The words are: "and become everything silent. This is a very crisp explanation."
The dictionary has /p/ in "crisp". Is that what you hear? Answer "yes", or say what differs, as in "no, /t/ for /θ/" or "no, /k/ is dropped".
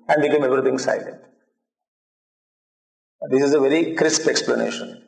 yes